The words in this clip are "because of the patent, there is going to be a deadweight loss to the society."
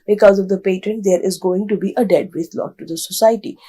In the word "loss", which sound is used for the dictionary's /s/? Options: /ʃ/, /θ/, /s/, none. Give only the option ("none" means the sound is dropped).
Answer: none